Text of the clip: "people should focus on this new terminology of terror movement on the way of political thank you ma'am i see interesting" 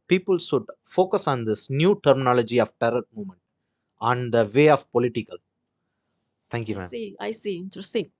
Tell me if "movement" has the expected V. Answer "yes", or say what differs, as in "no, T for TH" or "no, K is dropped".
no, V is dropped